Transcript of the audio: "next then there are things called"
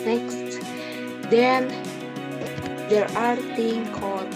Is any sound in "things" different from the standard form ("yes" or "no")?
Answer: yes